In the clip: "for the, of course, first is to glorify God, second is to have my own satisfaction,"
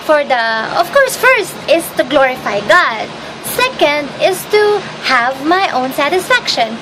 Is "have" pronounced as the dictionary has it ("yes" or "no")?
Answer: yes